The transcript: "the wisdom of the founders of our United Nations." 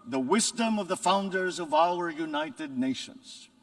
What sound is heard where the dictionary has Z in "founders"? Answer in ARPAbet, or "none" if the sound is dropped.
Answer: Z